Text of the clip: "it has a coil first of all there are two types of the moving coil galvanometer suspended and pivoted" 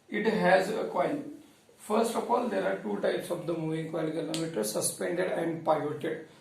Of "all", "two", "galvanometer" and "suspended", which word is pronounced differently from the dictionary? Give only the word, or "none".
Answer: galvanometer